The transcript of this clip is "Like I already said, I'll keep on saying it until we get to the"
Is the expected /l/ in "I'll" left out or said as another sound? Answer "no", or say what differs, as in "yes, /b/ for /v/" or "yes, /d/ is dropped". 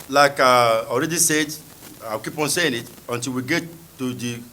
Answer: yes, /w/ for /l/